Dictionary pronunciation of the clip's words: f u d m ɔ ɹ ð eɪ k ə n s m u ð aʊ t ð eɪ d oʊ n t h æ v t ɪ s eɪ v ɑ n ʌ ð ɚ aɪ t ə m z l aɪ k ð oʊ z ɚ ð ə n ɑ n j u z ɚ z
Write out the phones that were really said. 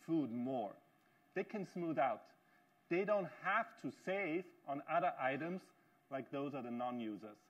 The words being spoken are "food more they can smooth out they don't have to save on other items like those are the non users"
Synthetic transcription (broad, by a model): f u d m ɔ ɹ ð eɪ k ə n s m u ð aʊ t ð eɪ d oʊ n t h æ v t ɪ s eɪ v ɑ n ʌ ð ɚ aɪ t ə m z l aɪ k ð oʊ z ɚ ð ə n ɑ n j u z ɚ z